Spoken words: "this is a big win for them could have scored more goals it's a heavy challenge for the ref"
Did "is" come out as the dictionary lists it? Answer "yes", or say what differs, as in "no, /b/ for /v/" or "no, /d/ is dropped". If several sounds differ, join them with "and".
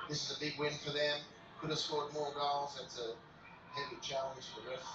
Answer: yes